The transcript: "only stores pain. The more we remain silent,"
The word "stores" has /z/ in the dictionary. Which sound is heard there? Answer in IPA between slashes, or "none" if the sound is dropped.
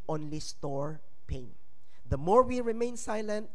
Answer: none